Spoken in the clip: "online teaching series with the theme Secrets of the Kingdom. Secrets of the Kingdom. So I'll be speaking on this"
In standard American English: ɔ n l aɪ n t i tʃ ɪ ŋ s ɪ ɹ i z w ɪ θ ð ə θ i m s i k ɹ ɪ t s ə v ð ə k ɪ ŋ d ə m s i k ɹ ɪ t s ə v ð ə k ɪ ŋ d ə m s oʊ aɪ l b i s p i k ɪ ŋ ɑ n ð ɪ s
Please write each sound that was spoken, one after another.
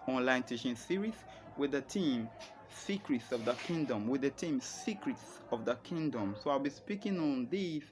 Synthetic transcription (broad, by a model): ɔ n l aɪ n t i ʃ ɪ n s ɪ ɹ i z w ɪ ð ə t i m s i k ɹ ɪ t s ə v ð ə k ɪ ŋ d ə m s i k ɹ ɪ t s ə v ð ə k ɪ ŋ d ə m s oʊ aɪ l b i s p i k ɪ ŋ ɑ n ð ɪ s